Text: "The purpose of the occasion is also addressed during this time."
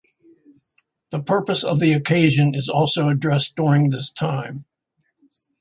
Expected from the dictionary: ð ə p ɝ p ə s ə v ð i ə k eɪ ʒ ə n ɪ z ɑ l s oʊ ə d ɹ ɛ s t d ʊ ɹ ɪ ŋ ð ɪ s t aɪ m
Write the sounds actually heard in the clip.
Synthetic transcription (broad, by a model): ð ə p ɝ p ə s ə v ð i ə k eɪ ʒ ə n ɪ z ɑ l s oʊ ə d ɹ ɛ s d ʊ ɹ ɪ ŋ ð ɪ s t aɪ m